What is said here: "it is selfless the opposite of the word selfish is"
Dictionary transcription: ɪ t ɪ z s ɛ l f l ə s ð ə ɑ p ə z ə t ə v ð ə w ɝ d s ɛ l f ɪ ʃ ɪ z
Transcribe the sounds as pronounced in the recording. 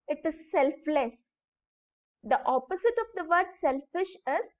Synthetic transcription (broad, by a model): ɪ t ɪ z s ɛ l f l ə s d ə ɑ p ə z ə t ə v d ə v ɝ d s ɛ l f ɪ ʃ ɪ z